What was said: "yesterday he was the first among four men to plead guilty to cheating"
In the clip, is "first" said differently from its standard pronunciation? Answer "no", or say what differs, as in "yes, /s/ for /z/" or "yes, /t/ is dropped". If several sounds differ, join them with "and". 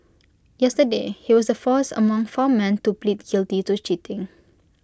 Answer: yes, /t/ is dropped